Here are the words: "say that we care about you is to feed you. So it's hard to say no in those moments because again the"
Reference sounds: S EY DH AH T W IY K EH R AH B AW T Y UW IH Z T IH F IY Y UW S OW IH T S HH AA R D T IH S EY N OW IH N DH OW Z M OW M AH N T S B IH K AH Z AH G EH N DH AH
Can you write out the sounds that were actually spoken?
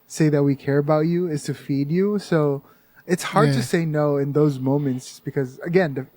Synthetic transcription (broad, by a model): S EY DH AH T W IY K EH R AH B AW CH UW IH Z T IH F IY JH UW S OW IH T S HH AA R D T IH S EY N OW IH N DH OW Z M OW M AH N T S B IH K AH Z AH G EH N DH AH